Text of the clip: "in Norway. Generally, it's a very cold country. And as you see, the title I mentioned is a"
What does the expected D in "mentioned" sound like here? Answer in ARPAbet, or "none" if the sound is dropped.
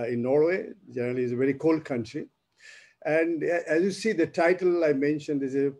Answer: D